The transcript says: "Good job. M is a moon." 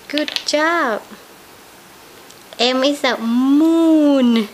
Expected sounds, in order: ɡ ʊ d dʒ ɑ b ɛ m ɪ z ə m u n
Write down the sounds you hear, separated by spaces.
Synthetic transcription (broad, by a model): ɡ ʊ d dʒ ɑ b ɛ m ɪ s ə m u n